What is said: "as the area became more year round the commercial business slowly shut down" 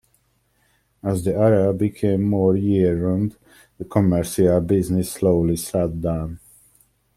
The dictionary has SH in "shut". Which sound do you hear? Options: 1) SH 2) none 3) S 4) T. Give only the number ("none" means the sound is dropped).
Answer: 3